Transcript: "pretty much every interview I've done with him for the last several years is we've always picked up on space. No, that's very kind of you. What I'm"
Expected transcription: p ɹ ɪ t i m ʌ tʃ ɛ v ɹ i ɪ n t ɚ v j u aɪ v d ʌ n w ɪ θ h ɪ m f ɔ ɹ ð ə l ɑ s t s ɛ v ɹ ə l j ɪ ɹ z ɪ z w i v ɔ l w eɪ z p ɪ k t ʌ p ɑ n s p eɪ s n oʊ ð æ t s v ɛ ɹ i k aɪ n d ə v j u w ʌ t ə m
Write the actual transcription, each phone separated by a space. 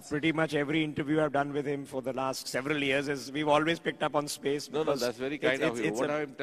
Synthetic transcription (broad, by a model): p ɹ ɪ t i m ʌ tʃ ɛ v ɹ i ɪ n t ɚ v j u aɪ v d ʌ n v ɪ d h ɪ m f ɔ ɹ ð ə l ɑ s t s ɛ v ɹ ə l j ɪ ɹ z ɪ z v i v ɔ l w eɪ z p ɪ k t ʌ p ɑ n s p eɪ s n oʊ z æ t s v ɛ ɹ i k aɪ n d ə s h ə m